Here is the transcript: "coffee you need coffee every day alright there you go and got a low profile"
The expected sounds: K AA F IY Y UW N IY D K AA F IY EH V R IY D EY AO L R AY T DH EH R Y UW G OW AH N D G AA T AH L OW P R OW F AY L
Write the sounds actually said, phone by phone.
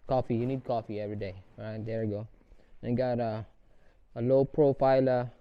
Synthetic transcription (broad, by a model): K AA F IY Y UW N IY D K AA F IY EH V R IY D EY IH R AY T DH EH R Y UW G OW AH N G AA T AH L OW P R OW F AY L